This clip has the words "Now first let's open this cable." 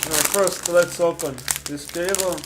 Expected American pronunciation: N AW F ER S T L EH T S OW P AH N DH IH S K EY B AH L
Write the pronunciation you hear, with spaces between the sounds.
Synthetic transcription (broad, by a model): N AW F ER S T L EH T S OW P AH N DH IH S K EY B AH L